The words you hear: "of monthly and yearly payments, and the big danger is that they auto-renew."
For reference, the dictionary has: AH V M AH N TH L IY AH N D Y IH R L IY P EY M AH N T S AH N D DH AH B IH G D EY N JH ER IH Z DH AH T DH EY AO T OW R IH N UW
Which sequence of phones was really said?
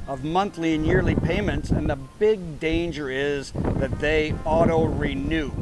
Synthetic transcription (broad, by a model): AH V M AH N TH L IY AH N Y IH R L IY P EY M AH N T S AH N DH AH B IH G D EY N JH ER IH Z DH AH T DH EY AO T OW R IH N UW